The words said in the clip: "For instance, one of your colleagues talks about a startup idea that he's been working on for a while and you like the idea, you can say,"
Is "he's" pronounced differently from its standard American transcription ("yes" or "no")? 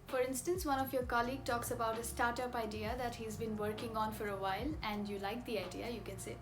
no